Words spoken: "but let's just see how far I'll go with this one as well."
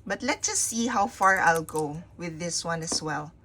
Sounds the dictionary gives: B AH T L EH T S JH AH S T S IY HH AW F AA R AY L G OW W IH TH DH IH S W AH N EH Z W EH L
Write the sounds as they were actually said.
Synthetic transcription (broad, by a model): B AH T L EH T JH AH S S IY HH AW F AA R AY L G OW W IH DH IH S W AH N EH S W EH L